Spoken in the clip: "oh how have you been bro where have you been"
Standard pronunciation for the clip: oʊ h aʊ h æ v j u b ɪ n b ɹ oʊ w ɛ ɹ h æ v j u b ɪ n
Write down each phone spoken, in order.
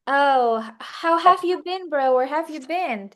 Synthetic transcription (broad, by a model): oʊ h aʊ h æ v j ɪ b ɪ n b ɹ oʊ w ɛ ɹ h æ v j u b ɪ n